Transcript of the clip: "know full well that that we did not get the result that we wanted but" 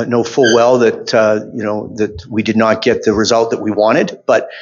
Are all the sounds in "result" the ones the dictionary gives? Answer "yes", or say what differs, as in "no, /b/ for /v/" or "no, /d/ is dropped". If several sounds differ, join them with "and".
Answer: yes